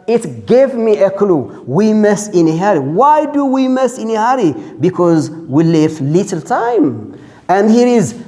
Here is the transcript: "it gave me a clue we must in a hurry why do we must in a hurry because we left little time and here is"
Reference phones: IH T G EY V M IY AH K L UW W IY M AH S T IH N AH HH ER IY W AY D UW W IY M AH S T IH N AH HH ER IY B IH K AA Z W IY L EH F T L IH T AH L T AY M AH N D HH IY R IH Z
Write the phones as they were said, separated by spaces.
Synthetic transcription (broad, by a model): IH T G EY V M IY AH K L UW W IY M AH S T IH N AH HH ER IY W AY D UW W IY M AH S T IH N AH HH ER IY B IH K AA Z W IY L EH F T L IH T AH L T AY M AH N D HH IY R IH Z